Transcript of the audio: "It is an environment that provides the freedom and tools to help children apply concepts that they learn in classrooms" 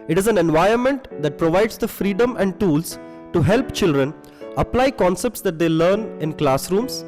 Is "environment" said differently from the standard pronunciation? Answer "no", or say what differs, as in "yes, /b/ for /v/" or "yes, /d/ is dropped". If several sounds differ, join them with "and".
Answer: yes, /ɹ/ is dropped